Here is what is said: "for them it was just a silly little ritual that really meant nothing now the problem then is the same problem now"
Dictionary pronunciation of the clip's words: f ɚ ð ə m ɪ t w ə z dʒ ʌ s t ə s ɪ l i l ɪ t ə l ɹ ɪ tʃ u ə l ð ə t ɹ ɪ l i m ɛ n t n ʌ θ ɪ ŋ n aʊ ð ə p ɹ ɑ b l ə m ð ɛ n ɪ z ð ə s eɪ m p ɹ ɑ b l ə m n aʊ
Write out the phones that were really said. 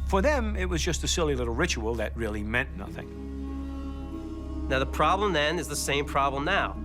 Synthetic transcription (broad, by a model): f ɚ ð ə m ɪ t w ə z dʒ ʌ s t ə s ɪ l i l ɪ t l ɹ ɪ tʃ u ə l ð ə t ɹ ɪ l i m ɛ n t n ʌ θ ɪ ŋ n aʊ ð ə p ɹ ɑ b l ə m ð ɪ n ɪ z ð ə s eɪ m p ɹ ɑ b l ə m n aʊ